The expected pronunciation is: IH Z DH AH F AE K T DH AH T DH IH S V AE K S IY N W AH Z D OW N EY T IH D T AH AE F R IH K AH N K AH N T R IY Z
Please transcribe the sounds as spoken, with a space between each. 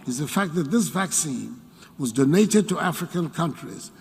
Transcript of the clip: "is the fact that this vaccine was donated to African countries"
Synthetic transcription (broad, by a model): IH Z DH AH F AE K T DH AH T DH IH S V AE K S IY N W AH Z D OW N EY T IH D T AH AE F R IH K AH N K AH N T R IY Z